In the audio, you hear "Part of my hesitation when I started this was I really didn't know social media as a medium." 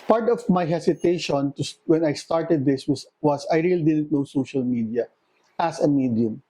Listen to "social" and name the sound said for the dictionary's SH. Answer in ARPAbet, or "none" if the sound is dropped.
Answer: SH